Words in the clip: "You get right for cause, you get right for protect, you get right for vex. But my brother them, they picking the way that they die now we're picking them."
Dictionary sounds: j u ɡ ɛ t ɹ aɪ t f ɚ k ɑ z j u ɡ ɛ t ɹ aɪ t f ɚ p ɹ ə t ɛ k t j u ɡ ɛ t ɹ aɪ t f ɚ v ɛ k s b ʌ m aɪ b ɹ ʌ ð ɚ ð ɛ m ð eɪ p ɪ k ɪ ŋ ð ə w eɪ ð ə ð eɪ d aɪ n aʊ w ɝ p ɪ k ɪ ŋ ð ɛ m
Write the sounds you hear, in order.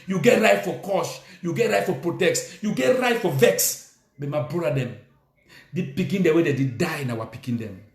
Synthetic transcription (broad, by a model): j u ɡ ɛ t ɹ aɪ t f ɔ k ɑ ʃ j u ɡ ɛ t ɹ aɪ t f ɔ p ɹ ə t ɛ k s j u ɡ ɛ t ɹ aɪ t f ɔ v ɛ k s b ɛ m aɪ b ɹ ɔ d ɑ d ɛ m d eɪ p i k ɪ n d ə w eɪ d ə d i d aɪ n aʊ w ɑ p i k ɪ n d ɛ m